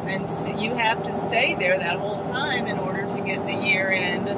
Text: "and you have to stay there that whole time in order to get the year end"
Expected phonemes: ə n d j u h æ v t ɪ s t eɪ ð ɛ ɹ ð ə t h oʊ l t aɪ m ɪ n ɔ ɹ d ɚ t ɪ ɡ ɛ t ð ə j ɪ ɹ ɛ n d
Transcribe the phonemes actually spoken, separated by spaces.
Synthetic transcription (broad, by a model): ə n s j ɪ h æ f t ɪ s t eɪ ð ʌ ɹ ð ə t h oʊ l t aɪ m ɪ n ɔ ɹ d ɚ t ɪ ɡ ɛ t ð ə j ɪ ɹ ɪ n